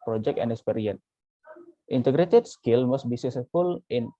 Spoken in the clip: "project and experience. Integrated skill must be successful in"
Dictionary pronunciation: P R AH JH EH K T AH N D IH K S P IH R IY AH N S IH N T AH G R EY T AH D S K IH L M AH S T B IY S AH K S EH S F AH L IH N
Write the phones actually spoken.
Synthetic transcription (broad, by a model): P R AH JH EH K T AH N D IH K S P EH R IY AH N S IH N T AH G R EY T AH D S K IH L M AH S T B IY S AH S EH F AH L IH N